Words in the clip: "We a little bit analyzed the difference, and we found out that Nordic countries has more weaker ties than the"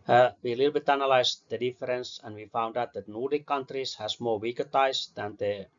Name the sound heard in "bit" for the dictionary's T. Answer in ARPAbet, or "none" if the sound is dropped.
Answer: T